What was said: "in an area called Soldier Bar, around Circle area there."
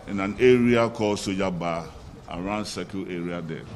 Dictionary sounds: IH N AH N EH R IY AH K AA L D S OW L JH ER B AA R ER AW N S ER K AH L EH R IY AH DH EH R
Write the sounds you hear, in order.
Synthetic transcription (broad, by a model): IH N AH N EH R IY AH K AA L S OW JH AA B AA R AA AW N S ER K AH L EH R IY AH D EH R